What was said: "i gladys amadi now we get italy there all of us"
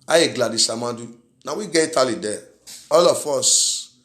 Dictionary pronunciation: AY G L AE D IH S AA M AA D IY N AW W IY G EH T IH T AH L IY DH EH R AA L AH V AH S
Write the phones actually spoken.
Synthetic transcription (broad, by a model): AY G L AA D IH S AA M AA D IY N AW W IY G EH IY T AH L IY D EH AA L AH F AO S